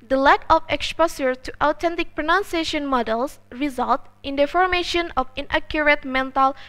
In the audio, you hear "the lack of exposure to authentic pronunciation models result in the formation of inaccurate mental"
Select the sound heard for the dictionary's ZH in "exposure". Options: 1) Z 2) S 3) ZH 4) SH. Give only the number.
2